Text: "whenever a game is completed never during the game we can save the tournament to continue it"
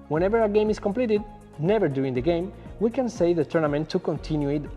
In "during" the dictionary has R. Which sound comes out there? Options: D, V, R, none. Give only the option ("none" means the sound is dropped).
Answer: none